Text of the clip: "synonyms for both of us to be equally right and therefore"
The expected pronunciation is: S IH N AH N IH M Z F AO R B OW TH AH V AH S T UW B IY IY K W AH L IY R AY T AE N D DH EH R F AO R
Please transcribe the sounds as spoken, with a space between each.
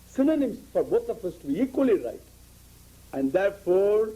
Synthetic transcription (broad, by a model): S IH N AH N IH M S F AO R B OW T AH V AH S T UW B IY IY K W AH L IY R AY T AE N D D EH R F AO R